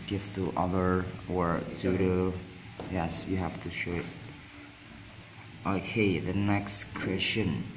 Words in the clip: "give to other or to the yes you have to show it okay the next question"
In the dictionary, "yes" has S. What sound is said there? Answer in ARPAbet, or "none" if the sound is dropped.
S